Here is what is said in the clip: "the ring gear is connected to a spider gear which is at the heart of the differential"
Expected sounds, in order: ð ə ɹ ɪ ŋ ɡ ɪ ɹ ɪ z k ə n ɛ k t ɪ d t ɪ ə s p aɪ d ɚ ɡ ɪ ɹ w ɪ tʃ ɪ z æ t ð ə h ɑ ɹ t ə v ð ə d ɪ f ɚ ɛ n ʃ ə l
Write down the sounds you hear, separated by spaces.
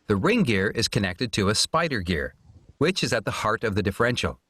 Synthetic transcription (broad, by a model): ð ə ɹ ɪ ŋ ɡ ɪ ɹ ɪ z k ə n ɛ k t ɪ d t ɪ ə s p aɪ d ɚ ɡ ɪ ɹ w ɪ tʃ ɪ z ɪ t ð ə h ɑ ɹ t ə v ð ə d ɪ f ɚ ɛ n ʃ l